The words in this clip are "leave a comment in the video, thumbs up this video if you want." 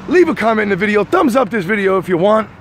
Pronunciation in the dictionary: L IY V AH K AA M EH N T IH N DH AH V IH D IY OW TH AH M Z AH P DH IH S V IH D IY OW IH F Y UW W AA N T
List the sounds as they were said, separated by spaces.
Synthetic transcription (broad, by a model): L IY V AH K AA M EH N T IH N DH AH V IH D IY OW TH AH M Z AH P DH IH S V IH D IY OW IH F Y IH W AA N T